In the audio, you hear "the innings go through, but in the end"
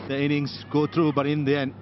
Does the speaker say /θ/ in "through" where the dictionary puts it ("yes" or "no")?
no